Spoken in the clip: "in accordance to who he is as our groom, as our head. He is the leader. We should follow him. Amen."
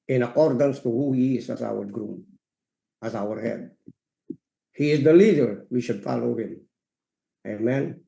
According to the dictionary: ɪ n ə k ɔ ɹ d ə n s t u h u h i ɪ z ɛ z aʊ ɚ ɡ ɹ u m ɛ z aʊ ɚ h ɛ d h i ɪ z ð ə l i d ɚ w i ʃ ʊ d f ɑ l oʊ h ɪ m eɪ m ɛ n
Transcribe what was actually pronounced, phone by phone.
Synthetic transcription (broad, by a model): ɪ n ə k ɔ ɹ d ə n s t u h u h i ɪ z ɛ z aʊ ɚ ɡ ɹ u m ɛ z aʊ ɚ h ɛ d h i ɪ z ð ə l i d ɚ w i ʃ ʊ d f ɑ l oʊ h ɪ m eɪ m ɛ n